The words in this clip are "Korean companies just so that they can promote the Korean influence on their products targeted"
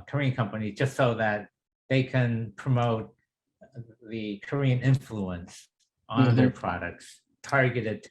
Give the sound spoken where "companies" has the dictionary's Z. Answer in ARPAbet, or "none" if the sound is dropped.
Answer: Z